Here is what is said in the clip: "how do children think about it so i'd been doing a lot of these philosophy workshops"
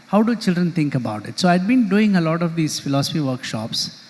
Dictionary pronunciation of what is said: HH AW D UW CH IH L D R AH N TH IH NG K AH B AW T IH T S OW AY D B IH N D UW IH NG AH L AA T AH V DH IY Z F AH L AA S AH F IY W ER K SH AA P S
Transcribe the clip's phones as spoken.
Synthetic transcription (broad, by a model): HH AW D UW CH IH L D R AH N T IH NG K AH B AW T IH T S OW AY D B IH N D UW IH NG AH L AA T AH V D IY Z F AH L AA S AH F IY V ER K SH AA P S